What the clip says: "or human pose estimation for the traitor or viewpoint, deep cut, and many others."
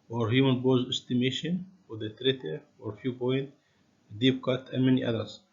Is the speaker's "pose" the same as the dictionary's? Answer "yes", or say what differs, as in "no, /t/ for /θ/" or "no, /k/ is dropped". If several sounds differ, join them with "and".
no, /b/ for /p/